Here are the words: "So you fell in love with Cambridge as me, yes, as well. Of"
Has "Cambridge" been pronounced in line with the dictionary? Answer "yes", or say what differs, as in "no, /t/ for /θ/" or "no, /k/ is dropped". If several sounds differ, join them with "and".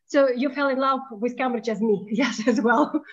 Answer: no, /b/ is dropped